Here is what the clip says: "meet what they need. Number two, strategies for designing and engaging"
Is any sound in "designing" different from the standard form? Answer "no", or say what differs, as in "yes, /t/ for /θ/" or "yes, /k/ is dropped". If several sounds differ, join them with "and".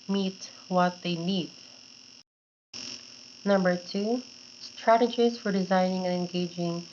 no